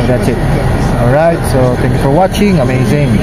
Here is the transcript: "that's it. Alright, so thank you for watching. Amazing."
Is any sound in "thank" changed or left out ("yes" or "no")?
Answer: yes